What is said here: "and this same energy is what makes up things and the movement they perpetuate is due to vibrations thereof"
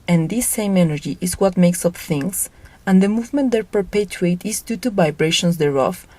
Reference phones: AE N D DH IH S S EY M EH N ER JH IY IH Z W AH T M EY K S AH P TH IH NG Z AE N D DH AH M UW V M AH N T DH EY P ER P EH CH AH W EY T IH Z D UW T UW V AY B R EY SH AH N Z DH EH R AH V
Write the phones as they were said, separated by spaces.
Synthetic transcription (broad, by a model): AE N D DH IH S S EY M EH N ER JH IY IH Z W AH T M EY K S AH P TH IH NG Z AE N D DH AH M UW V M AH N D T P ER P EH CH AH EY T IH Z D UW T UW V AY B R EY SH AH N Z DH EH R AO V